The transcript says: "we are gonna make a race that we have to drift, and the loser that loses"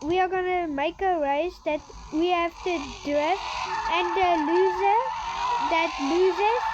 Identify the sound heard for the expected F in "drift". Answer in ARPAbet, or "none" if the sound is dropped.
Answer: none